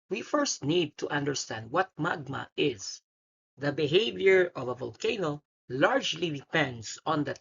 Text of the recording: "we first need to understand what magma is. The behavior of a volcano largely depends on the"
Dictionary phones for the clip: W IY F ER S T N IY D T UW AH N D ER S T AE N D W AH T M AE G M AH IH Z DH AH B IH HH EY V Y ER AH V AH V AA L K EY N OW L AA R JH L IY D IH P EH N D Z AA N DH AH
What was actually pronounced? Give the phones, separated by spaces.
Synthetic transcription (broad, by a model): W IY F ER S T N IY D T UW AH N D ER S T AE N D W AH T M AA G M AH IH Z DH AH B IH HH EY V Y ER AH V AH V AA L K EY N OW L AA R JH L IY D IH P EH N D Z AA N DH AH